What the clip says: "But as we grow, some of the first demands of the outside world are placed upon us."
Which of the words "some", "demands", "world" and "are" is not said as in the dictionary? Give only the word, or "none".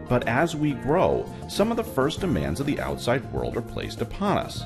none